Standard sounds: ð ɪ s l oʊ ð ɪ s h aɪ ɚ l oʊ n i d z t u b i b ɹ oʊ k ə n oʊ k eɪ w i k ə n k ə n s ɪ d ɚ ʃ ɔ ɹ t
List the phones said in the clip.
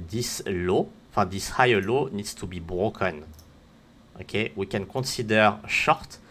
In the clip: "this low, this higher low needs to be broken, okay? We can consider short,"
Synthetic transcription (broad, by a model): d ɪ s l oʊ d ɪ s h aɪ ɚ l oʊ n i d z t u b i b ɹ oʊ k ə n oʊ k eɪ w i k ə n k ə s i d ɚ ʃ ɔ ɹ t